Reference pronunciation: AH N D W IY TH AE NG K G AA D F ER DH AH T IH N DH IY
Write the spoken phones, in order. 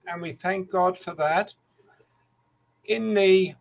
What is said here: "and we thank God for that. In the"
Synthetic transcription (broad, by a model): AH N W IY TH AE NG K G AA D F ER DH AH T IH N DH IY